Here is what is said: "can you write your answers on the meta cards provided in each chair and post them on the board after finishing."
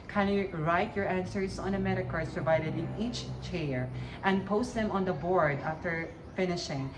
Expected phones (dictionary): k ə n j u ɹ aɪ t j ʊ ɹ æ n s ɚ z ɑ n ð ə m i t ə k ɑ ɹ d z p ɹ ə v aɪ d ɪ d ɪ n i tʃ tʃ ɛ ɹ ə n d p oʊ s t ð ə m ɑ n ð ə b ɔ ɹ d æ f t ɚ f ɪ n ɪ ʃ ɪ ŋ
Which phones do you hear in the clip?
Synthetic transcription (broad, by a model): k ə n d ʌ ɹ aɪ t j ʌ ɹ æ n s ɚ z ɑ n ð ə m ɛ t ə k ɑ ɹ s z p ɹ ə v aɪ d ɪ d ɪ n i tʃ tʃ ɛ ɹ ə n p oʊ s t ð ə m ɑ n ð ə b ɔ ɹ d æ f t ɚ f ɪ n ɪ ʃ ɪ ŋ